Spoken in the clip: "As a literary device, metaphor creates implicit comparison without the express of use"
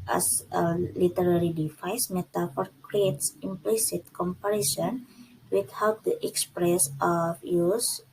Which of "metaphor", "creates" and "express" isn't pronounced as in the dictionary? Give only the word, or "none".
none